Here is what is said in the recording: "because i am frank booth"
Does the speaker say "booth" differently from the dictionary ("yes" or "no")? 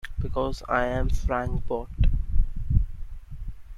yes